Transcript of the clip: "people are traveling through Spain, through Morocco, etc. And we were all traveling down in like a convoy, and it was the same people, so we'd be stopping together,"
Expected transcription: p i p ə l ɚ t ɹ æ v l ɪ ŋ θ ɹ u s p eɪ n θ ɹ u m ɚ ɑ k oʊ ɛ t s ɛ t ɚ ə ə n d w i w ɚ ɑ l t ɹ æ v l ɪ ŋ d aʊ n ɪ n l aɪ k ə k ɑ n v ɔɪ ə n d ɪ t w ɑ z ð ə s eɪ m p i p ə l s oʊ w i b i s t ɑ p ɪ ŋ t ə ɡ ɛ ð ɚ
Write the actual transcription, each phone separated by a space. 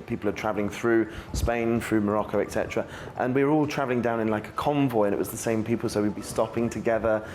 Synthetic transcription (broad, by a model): p i p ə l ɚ t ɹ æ v l ɪ ŋ θ ɹ u s p eɪ n θ ɹ u m ɚ ɑ k oʊ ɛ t s ɛ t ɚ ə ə n w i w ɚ ɑ l t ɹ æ v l ɪ ŋ d aʊ n ɪ n l aɪ k ə k ɑ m v ɔɪ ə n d ɪ t w ɑ z ð ə s eɪ m p i p ə l s oʊ w i b i s t ɑ p ɪ ŋ t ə ɡ ɛ ð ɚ